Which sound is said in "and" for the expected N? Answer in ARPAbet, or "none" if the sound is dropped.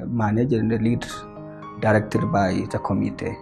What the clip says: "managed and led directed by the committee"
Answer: L